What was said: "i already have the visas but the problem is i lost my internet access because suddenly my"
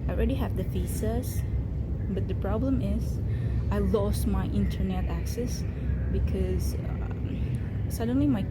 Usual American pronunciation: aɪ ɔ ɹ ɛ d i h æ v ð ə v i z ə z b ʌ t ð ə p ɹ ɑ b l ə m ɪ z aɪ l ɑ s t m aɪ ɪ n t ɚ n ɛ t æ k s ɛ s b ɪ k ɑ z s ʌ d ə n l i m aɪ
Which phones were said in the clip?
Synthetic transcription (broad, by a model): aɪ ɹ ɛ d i h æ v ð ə f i s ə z b ʌ t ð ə p ɹ ɑ b l ə m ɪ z aɪ l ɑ s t m aɪ ɪ n t ɚ n ɛ t æ k s ɛ s b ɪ k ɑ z s ʌ d ə n l i m aɪ